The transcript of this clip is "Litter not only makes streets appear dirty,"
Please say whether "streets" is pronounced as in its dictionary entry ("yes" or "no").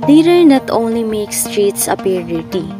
yes